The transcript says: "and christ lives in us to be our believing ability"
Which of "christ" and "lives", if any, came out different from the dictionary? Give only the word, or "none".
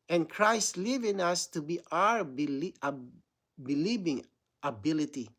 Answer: lives